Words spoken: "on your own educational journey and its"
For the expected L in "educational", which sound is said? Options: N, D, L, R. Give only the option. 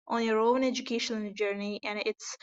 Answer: N